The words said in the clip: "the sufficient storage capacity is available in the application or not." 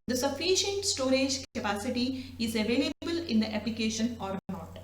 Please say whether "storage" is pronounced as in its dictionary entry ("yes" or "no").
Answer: yes